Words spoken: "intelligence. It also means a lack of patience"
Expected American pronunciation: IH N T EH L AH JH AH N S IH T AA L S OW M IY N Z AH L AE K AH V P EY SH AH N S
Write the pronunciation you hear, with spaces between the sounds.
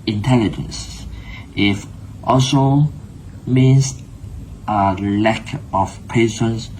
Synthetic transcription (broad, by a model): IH N T EH L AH JH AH N S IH T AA S OW M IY N S AH L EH K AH F P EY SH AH N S